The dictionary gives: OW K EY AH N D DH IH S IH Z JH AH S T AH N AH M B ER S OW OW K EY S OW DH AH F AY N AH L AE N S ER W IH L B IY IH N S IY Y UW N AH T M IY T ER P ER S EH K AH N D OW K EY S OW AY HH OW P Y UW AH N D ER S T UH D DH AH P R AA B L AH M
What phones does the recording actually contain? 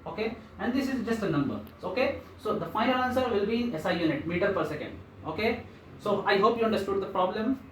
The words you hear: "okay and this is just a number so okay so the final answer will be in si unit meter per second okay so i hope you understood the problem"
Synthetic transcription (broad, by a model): OW K EY AH N D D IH S IH Z JH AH S T AH N AH M B ER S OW OW K EY S OW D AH F AY AH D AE N S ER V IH L B IY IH S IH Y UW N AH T M IY T ER P ER S EH K AH N D OW K EY S OW AY HH OW P Y UW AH N D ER S T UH D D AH P R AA B L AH M